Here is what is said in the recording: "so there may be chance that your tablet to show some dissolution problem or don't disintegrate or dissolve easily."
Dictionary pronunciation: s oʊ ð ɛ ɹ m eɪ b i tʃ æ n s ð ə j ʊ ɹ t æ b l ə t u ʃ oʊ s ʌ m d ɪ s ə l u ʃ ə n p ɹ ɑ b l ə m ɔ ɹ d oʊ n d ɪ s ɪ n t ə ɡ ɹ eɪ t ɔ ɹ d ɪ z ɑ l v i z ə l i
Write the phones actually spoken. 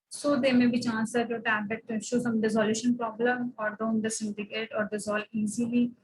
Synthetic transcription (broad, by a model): s oʊ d ɛ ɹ m eɪ b i tʃ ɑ n s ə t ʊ t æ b ə t u ʃ oʊ s ʌ m d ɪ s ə l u ʃ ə n p ɹ ɑ b l ə m ɔ ɹ d oʊ n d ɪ s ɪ n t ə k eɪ t ɔ ɹ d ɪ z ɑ l i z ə l i